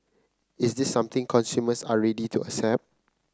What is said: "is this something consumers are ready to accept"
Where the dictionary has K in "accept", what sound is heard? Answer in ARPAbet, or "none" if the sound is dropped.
none